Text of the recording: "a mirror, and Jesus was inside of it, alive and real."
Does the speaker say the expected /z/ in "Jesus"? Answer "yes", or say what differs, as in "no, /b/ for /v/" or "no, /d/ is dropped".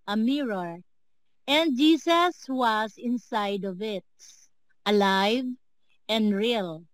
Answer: no, /s/ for /z/